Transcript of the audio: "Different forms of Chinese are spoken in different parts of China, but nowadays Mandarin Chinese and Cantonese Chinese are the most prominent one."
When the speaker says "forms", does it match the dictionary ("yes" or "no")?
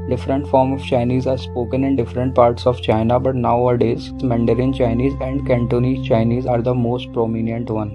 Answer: no